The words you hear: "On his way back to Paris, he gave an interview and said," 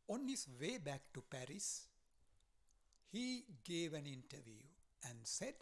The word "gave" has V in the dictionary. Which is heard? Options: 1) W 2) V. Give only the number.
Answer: 2